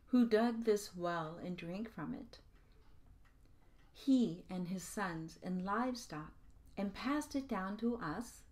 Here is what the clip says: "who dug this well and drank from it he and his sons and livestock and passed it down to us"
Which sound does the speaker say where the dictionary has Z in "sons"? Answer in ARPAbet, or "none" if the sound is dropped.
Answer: Z